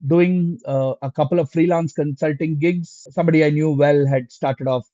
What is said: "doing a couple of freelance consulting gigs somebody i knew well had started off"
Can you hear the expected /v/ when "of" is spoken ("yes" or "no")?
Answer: yes